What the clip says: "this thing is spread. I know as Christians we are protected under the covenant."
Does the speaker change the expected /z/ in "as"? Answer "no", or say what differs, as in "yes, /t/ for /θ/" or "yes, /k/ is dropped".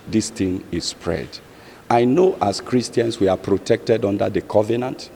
yes, /s/ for /z/